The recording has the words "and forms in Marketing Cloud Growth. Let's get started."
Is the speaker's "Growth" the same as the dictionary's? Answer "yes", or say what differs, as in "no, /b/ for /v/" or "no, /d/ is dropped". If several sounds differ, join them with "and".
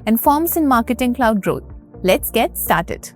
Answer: no, /t/ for /θ/